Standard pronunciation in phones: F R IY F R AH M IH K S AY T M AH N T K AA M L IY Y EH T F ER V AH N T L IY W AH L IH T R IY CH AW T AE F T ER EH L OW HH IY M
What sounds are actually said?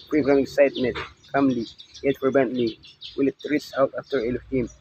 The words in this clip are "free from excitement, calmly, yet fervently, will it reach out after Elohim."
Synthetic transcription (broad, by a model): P R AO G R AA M IH K S AY T M AH N T K AA M L IY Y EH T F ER B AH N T L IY W AH L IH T R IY S AW T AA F T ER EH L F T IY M